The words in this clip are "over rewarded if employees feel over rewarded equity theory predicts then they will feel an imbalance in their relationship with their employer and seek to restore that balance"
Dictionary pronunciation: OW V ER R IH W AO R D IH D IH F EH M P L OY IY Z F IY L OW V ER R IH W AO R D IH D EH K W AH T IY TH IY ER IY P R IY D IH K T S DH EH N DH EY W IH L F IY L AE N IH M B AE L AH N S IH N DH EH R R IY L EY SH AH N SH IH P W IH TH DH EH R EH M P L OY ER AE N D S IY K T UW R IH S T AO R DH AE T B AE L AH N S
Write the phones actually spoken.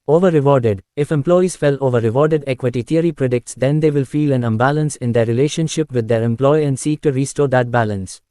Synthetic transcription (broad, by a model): OW V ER R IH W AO R D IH D IH F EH M P L OY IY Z F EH L OW V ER R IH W AO R D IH D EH K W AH T IY T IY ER IY P R IY D IH K T S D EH N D EY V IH L F IY L AE N IH M B AE L AH N S IH N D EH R R IY L EY SH AH N SH IH P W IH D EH R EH M P L OY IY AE N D S IY K T UW R IH S T AO R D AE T B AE L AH N S